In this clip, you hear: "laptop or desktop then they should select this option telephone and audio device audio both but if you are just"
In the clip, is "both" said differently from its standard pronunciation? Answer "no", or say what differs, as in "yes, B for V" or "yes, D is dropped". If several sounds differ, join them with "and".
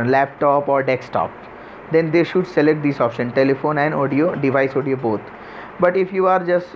yes, T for TH